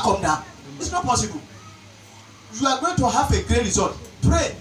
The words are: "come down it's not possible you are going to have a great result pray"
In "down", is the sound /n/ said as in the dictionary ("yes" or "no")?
no